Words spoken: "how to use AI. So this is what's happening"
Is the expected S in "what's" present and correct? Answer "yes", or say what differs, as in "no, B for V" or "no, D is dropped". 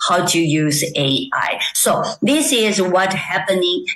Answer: no, S is dropped